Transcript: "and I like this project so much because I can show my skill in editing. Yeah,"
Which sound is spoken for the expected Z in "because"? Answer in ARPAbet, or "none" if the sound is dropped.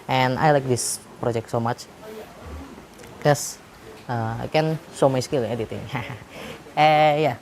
none